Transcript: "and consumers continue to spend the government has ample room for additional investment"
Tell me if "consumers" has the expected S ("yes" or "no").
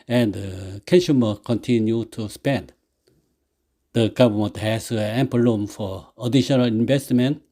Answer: no